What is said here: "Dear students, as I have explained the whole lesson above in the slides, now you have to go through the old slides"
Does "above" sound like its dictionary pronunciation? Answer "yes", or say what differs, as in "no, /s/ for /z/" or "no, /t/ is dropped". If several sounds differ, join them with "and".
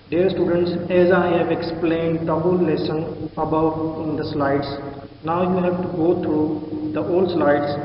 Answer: no, /v/ is dropped